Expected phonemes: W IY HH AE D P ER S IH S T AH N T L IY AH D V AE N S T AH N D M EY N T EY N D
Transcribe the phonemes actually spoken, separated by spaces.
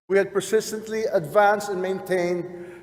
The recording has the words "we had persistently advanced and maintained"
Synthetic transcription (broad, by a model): W IY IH D P ER S IH S T AH N T L IY AH D V AE N S T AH N M EY N T EY N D